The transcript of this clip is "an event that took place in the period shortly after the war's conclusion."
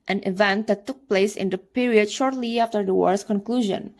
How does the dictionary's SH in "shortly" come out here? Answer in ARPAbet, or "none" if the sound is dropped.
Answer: SH